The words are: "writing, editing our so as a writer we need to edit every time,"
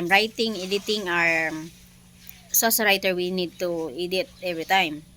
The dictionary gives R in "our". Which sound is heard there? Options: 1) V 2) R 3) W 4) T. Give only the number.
2